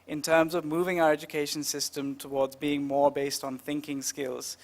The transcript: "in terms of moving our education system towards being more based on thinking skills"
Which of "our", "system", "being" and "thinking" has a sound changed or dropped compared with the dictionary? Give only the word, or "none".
none